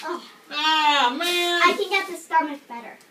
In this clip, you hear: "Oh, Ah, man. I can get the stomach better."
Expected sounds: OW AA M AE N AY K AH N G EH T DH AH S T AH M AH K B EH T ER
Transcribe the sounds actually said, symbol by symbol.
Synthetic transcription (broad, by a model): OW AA M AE AY K AH N G EH T DH AH S T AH M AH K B EH T ER